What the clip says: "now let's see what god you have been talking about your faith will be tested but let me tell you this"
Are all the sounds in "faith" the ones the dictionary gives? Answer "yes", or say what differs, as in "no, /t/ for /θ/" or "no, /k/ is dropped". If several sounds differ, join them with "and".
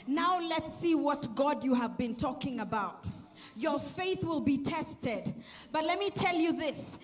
yes